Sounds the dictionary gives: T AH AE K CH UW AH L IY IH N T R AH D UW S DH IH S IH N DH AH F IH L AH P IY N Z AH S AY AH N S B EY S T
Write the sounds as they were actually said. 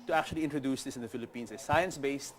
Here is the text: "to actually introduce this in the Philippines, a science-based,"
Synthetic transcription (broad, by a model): T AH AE K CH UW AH L IY IH N T R AH D UW S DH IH S IH N DH AH F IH L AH P IY N S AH S AY AH N S B EY S T